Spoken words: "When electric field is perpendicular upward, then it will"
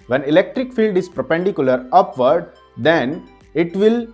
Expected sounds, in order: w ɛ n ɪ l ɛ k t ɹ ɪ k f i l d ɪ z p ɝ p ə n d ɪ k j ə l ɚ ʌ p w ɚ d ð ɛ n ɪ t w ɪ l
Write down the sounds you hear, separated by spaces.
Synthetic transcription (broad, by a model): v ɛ n ɪ l ɛ k t ɹ ɪ k f i l d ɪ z p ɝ p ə n d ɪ k j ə l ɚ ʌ p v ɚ d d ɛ n ɪ t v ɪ l